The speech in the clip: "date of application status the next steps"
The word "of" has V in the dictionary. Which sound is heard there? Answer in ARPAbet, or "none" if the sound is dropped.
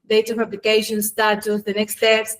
P